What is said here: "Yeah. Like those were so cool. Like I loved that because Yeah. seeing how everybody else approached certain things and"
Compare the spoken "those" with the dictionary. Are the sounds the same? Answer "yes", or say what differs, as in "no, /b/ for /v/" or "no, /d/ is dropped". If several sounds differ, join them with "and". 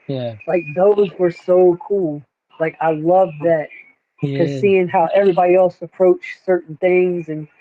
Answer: yes